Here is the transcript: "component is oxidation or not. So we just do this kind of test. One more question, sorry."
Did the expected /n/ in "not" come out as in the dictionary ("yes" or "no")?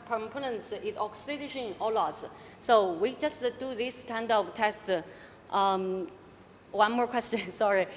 no